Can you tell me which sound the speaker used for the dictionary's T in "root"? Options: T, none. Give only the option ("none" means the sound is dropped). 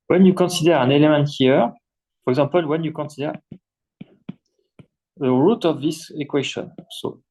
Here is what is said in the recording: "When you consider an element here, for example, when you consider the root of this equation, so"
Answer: T